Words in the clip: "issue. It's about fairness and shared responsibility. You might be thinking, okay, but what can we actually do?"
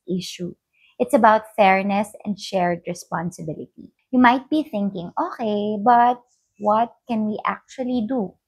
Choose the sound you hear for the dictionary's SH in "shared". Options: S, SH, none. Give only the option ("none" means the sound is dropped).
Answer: SH